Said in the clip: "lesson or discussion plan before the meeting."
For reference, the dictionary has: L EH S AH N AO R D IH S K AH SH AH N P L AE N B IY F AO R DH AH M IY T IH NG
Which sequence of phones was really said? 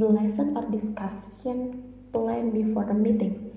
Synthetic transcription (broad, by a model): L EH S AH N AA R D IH S K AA S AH N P L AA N B IY F AO R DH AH M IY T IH NG